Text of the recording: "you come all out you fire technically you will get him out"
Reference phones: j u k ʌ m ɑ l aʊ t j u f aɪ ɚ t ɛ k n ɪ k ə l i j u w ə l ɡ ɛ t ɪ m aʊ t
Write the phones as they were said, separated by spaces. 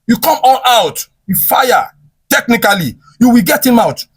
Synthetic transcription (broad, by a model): j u k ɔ m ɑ n aʊ t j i f aɪ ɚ t ɛ k n ɪ k ə l i j u w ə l ɡ ɛ t ɪ m aʊ t